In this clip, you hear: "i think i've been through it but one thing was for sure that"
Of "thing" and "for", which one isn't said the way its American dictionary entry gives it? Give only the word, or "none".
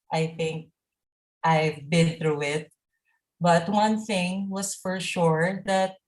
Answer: none